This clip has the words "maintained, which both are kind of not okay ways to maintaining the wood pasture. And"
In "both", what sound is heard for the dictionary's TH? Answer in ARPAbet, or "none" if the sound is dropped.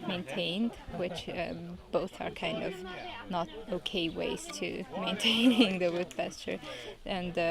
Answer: TH